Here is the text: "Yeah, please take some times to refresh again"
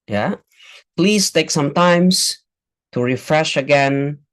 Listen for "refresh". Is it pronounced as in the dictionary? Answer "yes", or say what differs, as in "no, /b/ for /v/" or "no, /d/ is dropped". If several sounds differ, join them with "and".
yes